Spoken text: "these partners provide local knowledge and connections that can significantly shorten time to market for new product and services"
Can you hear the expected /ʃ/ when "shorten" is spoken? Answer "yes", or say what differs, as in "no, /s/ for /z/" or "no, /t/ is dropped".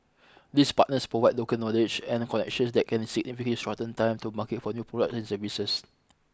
no, /s/ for /ʃ/